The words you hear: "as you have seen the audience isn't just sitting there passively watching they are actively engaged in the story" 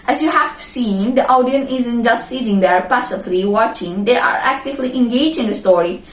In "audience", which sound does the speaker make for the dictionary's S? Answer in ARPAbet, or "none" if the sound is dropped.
none